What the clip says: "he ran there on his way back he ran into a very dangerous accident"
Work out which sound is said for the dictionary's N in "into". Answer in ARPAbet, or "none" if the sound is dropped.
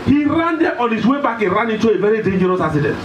none